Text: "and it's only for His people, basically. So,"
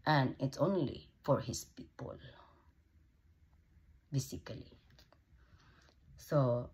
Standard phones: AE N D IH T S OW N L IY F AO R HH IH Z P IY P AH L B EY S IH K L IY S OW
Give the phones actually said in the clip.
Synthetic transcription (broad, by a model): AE N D IH T S OW N L IY F AO R HH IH S P IY P AH L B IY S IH K L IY S OW